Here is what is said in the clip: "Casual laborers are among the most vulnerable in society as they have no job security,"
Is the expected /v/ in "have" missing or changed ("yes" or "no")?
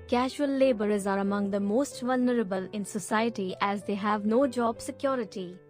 no